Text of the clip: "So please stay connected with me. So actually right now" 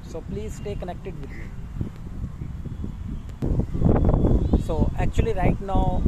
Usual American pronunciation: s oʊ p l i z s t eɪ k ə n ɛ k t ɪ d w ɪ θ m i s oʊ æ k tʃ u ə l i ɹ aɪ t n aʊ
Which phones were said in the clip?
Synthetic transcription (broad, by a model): s oʊ p l i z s t eɪ k ə n ɛ k t ɪ d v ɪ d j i s oʊ æ k tʃ u ə l i ɹ aɪ t n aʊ